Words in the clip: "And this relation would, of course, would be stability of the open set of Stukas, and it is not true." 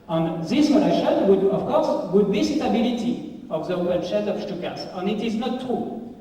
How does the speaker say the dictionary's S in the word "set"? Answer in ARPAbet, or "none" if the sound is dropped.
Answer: SH